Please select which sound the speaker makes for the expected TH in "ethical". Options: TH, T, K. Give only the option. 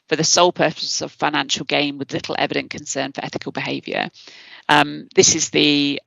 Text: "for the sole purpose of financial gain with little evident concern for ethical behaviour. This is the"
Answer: TH